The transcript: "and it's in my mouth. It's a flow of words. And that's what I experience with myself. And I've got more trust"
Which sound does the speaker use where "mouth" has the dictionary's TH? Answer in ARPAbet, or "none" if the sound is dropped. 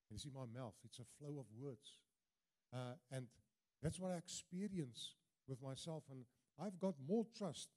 TH